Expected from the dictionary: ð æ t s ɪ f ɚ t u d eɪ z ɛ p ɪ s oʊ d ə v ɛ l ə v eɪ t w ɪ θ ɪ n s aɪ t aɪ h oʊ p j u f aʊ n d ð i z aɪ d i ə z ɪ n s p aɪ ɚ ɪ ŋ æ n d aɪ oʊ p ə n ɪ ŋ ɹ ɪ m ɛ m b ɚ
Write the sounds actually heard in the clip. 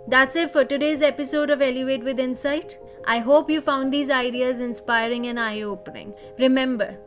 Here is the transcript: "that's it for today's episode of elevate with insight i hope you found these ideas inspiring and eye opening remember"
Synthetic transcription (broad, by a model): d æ t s ɪ f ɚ t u d eɪ z ɛ p ɪ s oʊ d ə v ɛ l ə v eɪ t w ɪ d ɪ n s aɪ t aɪ h oʊ p j u f aʊ n d i z aɪ d i ə z ɪ n s p aɪ ɚ ɪ ŋ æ n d aɪ oʊ p ə n ɪ ŋ ɹ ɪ m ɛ m b ɚ